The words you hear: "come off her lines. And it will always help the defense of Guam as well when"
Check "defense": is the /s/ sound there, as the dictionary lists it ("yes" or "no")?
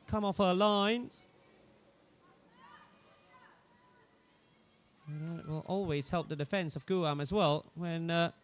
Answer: yes